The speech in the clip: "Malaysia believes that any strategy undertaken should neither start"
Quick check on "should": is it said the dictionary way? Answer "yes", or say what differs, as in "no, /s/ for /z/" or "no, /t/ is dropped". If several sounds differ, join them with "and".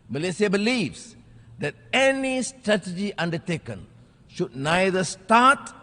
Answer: yes